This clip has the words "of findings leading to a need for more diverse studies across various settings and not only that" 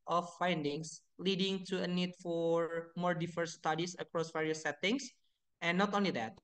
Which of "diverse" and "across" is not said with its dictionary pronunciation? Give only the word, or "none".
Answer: diverse